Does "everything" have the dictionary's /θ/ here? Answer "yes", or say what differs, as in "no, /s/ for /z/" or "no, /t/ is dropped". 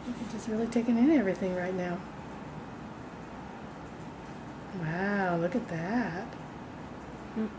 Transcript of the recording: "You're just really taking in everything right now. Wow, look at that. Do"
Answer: yes